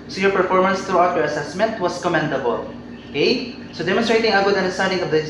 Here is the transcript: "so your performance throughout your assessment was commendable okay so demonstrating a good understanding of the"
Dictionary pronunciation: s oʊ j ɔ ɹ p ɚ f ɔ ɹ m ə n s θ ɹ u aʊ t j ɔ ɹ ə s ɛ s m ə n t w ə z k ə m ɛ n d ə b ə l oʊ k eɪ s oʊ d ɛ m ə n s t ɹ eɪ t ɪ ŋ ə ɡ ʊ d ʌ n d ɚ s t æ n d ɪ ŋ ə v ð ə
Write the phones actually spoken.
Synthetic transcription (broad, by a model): s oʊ j ɔ ɹ p ɚ f ɔ ɹ m ə n s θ ɹ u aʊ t j ɔ ɹ ə s ɛ s m ə n t w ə s k ə m ɛ n d ə b ə l oʊ k eɪ s oʊ d ɛ m ə n s t ɹ eɪ t ɪ ŋ ə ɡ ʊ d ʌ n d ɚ s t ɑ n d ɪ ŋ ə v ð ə